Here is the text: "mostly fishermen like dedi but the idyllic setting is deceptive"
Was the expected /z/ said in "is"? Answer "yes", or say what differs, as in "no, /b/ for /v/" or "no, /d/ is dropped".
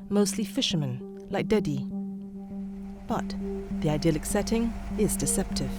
yes